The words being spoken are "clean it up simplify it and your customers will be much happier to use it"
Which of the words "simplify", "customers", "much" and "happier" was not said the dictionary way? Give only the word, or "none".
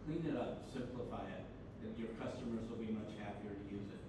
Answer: none